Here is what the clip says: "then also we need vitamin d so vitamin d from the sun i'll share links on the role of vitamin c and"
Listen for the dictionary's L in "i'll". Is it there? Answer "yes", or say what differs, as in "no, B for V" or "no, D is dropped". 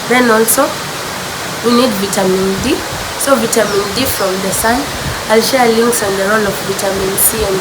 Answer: yes